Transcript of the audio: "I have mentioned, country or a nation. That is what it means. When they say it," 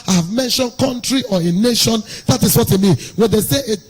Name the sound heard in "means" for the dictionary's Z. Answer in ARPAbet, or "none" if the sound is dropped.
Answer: none